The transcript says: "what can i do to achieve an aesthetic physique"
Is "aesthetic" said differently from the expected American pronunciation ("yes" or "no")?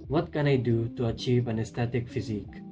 yes